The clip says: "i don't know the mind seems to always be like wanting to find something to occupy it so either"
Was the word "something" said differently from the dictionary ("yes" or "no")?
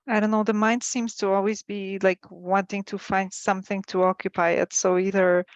no